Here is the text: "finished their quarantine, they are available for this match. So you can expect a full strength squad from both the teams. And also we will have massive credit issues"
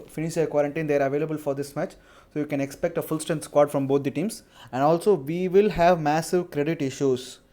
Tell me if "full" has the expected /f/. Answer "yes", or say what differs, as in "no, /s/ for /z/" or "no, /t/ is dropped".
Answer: yes